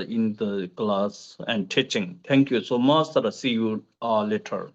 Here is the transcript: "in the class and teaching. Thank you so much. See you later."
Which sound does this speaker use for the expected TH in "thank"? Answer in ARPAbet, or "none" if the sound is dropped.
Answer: T